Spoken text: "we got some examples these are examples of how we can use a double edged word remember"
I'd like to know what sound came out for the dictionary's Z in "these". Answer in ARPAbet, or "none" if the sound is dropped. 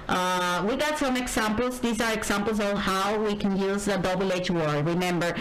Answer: Z